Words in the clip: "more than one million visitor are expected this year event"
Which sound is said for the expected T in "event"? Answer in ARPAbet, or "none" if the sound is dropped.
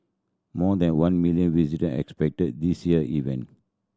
none